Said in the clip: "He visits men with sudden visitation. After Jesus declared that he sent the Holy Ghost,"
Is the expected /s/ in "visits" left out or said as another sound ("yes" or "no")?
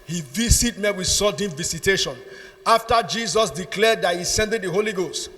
yes